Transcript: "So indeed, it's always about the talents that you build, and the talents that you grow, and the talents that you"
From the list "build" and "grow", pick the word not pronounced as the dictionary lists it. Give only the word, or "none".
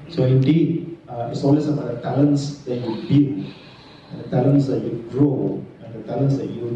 build